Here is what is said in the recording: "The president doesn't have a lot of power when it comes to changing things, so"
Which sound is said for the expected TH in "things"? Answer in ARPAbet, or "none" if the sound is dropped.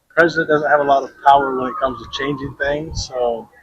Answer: TH